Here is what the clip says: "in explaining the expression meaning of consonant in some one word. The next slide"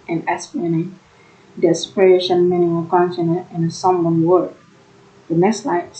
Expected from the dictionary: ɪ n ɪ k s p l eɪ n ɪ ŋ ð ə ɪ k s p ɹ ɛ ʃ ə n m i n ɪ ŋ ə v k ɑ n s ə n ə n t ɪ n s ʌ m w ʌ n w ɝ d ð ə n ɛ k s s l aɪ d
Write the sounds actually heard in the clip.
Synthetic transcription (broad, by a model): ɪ n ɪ s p eɪ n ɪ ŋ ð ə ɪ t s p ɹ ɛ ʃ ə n m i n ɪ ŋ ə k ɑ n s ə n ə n ɪ s ʌ m w ʌ n w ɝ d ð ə n ɛ k s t l aɪ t